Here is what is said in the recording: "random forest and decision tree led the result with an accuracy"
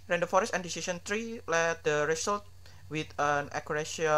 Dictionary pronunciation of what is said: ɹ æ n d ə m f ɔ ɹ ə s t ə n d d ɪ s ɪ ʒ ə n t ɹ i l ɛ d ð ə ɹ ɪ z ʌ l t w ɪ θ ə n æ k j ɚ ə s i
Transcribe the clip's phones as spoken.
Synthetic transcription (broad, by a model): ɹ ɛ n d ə f ɔ ɹ ə s t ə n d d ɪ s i s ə n t ɹ i l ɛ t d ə ɹ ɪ s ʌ l t w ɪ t ə n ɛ k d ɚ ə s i